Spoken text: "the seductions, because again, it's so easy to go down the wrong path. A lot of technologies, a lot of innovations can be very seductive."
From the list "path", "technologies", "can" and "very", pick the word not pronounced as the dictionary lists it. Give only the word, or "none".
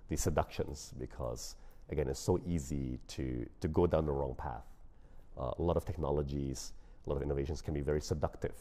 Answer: none